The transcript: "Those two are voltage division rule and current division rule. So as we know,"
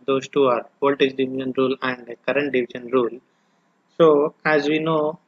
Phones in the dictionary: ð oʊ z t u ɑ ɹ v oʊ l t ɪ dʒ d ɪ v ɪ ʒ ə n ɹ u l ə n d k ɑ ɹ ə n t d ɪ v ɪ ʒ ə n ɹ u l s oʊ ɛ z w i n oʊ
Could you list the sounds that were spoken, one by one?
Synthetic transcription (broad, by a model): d oʊ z t u ɑ ɹ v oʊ t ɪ z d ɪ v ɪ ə n ɹ u l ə n d k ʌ ɹ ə n t d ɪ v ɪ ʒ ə n ɹ u l s oʊ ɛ z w i n oʊ